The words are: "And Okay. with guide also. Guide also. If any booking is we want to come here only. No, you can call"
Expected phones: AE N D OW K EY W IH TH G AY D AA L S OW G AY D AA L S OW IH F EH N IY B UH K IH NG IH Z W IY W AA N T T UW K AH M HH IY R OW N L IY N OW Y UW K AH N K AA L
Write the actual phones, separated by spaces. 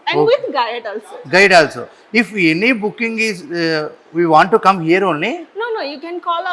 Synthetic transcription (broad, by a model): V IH G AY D AA L S OW G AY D AA L S OW IH F EH N IY B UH K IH NG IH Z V IY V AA N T T UW K AH M HH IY R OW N N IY N OW Y UW K AH N K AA L